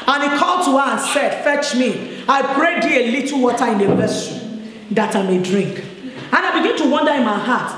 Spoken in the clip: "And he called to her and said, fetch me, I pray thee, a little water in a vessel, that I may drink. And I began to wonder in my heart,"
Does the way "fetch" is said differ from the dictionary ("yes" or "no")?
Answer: no